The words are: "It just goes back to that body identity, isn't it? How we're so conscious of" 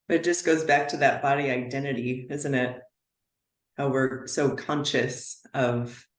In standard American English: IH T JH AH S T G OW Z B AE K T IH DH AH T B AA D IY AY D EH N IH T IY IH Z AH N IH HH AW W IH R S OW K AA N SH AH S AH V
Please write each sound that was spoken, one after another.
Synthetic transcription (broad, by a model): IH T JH AH S G OW Z B AE K T IH DH AH T B AA D IY AY D EH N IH T IY IH Z AH N IH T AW W IH R S OW K AA N SH AH S AH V